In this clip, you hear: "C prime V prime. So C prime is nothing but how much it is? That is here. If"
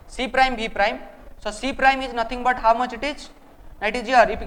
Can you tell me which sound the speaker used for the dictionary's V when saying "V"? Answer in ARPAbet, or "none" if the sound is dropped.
B